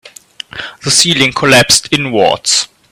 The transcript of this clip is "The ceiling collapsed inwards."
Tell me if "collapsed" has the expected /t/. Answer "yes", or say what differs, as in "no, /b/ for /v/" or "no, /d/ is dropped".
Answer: yes